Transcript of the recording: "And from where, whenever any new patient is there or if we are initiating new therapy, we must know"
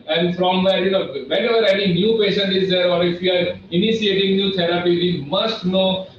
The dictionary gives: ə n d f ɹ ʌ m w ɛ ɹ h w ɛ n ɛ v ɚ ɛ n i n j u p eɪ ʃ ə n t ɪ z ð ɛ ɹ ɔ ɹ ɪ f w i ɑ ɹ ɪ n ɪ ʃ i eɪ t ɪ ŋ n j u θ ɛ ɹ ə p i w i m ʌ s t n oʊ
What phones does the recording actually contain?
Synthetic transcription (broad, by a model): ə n d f ɹ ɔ m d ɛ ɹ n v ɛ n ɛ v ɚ ɛ n i n j u p eɪ ʃ ə n t ɪ z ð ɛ ɹ ɔ ɹ ɪ f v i ɑ ɹ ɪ n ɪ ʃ i eɪ t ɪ ŋ n j u t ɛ ɹ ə p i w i m ʌ s t n oʊ